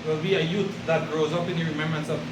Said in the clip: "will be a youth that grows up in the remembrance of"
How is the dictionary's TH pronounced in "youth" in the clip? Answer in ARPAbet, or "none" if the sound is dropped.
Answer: T